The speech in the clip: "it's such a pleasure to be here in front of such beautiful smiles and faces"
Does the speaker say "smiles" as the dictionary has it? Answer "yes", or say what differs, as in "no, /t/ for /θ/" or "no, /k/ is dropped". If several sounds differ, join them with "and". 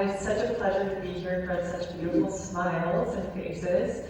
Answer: yes